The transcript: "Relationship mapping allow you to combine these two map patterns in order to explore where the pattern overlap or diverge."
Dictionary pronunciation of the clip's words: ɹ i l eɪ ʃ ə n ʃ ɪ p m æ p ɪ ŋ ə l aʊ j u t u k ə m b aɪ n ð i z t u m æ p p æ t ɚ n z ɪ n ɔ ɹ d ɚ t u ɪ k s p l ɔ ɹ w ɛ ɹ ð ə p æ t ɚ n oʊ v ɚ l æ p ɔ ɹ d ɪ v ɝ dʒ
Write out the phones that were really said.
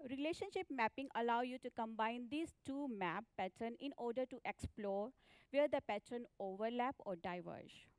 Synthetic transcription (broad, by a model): ɹ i l eɪ ʃ ə n ʃ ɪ p m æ p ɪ ŋ ə l aʊ j u t u k ə m b aɪ n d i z t u m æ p p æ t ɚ n ɪ n ɔ ɹ d ɚ t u ɪ k s p l ɔ ɹ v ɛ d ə p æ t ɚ n oʊ v ɚ l æ p ɔ ɹ d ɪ v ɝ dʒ